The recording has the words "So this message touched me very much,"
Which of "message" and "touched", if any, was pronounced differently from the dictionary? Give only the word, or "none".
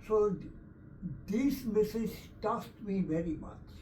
touched